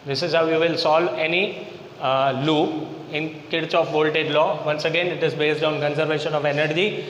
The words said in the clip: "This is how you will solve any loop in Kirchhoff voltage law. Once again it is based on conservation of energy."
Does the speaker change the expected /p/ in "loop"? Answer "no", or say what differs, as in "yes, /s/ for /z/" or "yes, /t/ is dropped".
yes, /p/ is dropped